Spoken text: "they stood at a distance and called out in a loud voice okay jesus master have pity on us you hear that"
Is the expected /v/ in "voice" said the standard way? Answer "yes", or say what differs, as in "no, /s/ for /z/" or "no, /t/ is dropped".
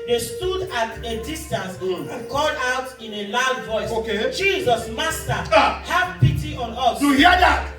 yes